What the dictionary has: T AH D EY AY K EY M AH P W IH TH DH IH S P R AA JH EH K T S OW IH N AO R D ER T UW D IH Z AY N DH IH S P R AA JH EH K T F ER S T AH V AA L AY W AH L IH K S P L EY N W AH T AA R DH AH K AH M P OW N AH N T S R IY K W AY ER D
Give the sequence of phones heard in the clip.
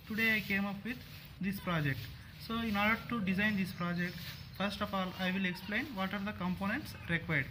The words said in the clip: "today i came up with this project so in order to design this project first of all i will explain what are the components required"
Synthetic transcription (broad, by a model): T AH D EY AY K EY M AH P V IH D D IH S P R AA JH EH K T S OW IH N AO R D ER T UW D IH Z AY N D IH S P R AA JH EH K T F ER S T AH F AA L AY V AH L IH K S P L EY N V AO T AA R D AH K AH M P OW N AH N T S R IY K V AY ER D